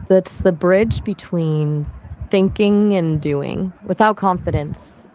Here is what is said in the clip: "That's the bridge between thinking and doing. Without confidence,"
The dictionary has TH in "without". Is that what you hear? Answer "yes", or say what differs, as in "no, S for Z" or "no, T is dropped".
yes